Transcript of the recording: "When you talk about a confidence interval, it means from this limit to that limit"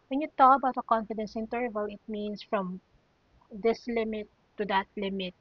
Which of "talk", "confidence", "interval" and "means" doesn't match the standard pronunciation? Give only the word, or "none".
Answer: means